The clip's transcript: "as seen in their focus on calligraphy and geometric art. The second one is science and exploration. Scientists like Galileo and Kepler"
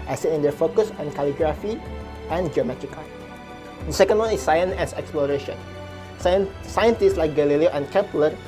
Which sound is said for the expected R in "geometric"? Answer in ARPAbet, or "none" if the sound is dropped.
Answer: none